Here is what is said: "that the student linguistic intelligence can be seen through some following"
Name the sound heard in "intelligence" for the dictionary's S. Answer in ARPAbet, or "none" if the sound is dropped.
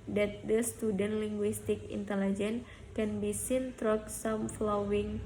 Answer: none